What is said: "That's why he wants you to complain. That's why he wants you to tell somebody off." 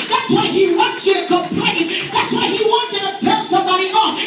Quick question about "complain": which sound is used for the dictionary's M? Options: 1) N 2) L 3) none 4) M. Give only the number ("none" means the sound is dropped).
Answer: 3